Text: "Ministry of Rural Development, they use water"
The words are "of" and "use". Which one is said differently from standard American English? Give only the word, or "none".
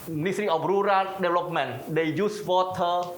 of